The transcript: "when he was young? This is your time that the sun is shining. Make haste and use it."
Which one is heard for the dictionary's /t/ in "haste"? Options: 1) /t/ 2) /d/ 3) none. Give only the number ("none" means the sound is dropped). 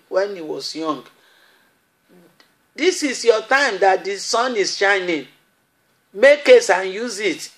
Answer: 3